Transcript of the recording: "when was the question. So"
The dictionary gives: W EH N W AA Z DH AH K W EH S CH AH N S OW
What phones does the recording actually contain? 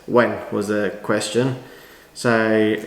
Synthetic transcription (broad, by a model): W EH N W AA Z DH AH K W EH S CH AH N S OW